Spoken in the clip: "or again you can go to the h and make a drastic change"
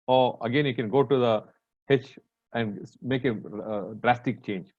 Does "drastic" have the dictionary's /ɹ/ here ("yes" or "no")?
yes